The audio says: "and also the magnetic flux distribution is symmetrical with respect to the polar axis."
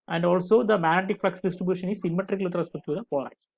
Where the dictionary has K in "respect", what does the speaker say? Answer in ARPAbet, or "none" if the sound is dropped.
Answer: none